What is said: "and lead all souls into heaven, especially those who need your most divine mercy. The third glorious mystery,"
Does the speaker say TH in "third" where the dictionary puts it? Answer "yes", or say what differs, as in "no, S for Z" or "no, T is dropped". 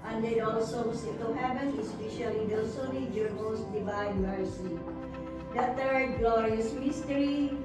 no, T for TH